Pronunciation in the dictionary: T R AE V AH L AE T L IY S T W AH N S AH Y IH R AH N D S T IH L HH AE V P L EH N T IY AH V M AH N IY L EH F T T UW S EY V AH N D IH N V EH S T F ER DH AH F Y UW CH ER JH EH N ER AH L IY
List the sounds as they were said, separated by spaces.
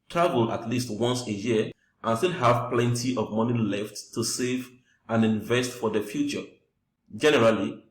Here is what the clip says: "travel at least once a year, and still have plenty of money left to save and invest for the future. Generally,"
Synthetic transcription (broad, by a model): T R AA V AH L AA T L IY S T W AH N S AH Y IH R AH N S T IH L HH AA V P L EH N T IY AH V M AH N IY L EH F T T UW S EY V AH N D IH N V EH S T F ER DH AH F Y UW CH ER JH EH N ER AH L IY